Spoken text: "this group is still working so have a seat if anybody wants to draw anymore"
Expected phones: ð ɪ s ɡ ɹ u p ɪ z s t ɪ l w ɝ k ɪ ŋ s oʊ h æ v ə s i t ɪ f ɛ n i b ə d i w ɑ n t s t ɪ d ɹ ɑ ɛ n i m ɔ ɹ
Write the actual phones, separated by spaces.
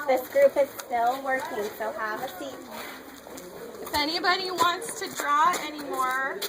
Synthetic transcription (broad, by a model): ð ɪ s ɡ ɹ u p ɪ z s t ɪ l w ɝ k ɪ ŋ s oʊ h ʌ v ə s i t ɪ f ɛ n i b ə d i w ɑ n t s t ɪ d ɹ ɑ ɛ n i m ɔ ɹ